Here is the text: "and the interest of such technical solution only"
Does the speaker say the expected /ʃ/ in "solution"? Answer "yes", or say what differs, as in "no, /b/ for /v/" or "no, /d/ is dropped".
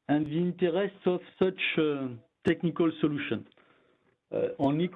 yes